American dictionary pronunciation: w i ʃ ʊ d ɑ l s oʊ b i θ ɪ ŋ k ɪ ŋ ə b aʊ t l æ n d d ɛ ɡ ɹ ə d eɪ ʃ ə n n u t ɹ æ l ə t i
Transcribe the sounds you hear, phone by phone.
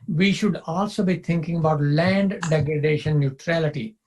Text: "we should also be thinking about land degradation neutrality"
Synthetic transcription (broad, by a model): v i ʃ ʊ d ɑ l s oʊ b i t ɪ ŋ k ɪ ŋ ə b aʊ t l æ n d d ɛ ɡ ɹ ə d eɪ ʃ ə n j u t ɹ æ l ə t i